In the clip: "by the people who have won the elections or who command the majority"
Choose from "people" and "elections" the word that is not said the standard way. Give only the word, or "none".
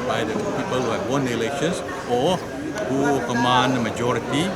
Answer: elections